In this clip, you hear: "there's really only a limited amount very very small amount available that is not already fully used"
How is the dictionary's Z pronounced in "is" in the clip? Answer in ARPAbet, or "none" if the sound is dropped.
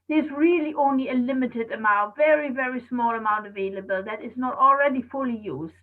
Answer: Z